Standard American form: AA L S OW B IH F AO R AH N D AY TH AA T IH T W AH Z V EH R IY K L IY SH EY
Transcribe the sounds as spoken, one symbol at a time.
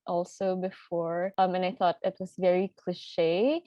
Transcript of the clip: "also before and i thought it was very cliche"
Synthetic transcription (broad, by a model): AA L S OW B IH F AO R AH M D AY TH AA T IH T W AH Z V EH R IY K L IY SH EY